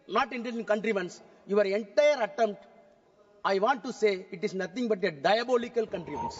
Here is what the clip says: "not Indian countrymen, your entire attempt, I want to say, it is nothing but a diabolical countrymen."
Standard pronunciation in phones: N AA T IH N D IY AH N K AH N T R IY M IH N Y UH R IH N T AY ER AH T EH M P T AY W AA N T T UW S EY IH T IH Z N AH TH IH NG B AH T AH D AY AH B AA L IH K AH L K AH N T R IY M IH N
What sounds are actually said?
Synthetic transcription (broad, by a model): N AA T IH N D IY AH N K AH N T R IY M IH N Y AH R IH N T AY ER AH T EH M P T AY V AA N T T UW S EY IH T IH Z N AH T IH NG B AH T AH D AY AH B AA L IH K AH L K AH N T R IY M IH N